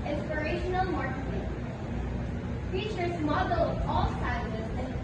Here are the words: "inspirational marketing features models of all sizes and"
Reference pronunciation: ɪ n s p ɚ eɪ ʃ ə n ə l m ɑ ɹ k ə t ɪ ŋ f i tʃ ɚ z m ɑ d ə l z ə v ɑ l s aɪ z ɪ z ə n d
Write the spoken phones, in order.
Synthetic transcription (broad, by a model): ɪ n s p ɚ eɪ ʃ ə n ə l m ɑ ɹ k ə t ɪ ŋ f i tʃ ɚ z m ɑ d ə l ə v ɑ l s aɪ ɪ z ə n